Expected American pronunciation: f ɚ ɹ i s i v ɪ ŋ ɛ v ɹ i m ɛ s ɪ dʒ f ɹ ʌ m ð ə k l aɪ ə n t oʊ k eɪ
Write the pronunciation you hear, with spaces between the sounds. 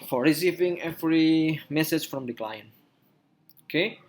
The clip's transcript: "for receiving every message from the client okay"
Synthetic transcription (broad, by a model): f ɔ ɹ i s i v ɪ ŋ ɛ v ɹ i m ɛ s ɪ tʃ f ɹ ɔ m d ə k l aɪ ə n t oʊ k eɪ